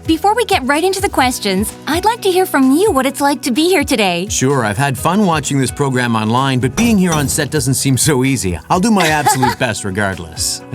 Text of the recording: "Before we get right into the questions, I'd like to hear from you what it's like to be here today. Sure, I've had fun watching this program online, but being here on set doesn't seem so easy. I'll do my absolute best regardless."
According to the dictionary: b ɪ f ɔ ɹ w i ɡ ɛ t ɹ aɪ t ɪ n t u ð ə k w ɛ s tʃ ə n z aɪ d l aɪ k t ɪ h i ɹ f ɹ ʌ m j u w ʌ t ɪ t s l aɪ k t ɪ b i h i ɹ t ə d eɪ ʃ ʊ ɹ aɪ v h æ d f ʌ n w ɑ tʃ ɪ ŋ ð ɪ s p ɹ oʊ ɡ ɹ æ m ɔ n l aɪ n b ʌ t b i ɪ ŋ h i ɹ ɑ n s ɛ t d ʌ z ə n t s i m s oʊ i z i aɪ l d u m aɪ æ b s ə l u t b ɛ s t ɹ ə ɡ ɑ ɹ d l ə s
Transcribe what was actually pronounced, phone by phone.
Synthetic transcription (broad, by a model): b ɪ f ɔ ɹ w i ɡ ɛ t ɹ aɪ t ɪ n t u ð ə k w ɛ s tʃ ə n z aɪ d l aɪ k t ɪ h i ɹ f ɹ ʌ m j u w ʌ t ɪ t s l aɪ k t ɪ b i h i ɹ t ə d eɪ ʃ ʊ ɹ aɪ v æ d f ʌ n w ɑ tʃ ɪ ŋ ð ɪ s p ɹ oʊ ɡ ɹ æ m ɔ n l aɪ n b ʌ t b i ɪ ŋ h i ɹ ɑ n s ɛ t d ʌ z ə n t s i m s oʊ i z i aɪ l d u m aɪ æ b s ə l u t b ɛ s t ɹ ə ɡ ɑ ɹ d l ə s